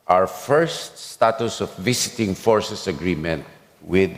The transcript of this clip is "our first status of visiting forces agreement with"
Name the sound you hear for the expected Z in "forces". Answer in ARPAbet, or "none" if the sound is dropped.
S